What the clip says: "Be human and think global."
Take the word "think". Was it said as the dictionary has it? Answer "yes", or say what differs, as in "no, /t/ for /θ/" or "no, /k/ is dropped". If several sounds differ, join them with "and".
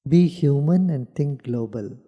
no, /t/ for /θ/